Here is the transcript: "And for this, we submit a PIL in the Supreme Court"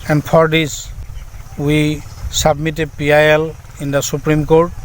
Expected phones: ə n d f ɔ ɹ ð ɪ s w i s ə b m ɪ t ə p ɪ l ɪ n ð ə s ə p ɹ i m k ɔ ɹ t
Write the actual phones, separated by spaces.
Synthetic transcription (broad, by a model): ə n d p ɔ ɹ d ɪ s w i s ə b m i t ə p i l ɪ n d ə s ə p ɹ i m k ɔ ɹ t